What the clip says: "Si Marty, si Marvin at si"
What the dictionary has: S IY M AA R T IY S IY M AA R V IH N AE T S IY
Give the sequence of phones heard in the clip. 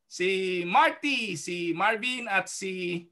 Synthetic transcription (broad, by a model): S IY M AA R T IY S IY M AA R B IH N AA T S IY